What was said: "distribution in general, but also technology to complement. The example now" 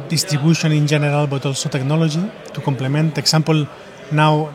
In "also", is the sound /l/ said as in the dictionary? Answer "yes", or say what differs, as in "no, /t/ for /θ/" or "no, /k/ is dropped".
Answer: yes